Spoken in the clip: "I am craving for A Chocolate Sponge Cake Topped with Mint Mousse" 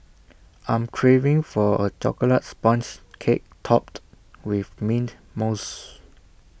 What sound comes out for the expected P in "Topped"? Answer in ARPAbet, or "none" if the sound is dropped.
P